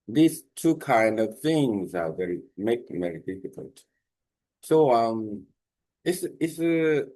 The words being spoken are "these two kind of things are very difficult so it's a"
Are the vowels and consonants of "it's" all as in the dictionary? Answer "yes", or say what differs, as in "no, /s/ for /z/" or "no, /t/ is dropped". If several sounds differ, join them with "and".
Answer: no, /s/ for /t/